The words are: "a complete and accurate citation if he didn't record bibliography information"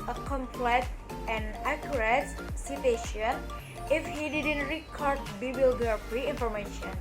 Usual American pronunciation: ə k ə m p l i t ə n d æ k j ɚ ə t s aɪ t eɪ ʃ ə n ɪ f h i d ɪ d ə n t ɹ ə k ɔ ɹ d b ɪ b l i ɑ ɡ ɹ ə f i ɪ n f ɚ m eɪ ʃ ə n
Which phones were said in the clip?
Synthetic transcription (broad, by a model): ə k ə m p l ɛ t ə n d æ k j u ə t s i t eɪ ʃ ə n ɪ f h i d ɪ d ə n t ɹ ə k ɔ ɹ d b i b l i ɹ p ɹ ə i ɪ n f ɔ m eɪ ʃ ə n